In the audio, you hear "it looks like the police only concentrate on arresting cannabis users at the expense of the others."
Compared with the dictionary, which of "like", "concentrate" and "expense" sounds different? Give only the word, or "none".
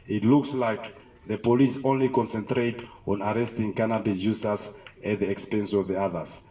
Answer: none